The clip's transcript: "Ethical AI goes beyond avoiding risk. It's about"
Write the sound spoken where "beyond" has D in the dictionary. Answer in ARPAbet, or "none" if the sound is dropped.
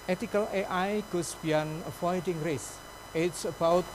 none